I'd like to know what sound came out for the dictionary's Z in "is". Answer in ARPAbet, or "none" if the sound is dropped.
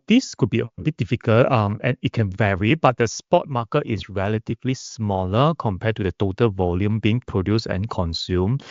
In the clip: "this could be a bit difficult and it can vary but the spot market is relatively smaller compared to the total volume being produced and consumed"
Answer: S